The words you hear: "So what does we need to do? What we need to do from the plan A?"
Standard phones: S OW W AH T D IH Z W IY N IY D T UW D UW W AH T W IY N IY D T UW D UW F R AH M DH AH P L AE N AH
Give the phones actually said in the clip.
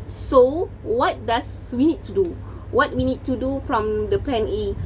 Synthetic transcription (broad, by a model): S OW W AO T D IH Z W IY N IY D T UW D UW W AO T W IY N IY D T UW D UW F R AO M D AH P EH N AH